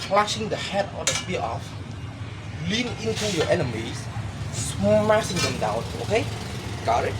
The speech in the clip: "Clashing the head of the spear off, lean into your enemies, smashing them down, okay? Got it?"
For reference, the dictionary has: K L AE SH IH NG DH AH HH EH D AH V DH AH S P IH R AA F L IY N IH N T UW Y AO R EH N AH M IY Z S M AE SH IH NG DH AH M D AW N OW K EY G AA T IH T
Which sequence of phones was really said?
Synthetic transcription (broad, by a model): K L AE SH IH NG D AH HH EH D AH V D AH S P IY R AA F L IY N IH N T UW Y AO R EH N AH M IY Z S M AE S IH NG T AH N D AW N OW K EY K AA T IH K